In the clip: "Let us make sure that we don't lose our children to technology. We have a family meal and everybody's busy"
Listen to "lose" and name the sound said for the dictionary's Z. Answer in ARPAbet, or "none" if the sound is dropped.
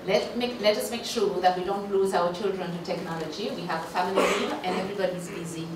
Z